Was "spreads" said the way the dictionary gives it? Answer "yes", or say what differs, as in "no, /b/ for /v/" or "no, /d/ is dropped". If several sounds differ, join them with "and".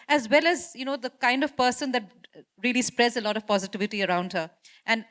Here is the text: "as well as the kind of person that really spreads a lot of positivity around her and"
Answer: yes